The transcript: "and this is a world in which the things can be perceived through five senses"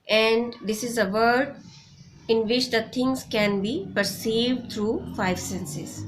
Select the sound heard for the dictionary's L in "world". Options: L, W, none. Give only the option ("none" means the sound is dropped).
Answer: none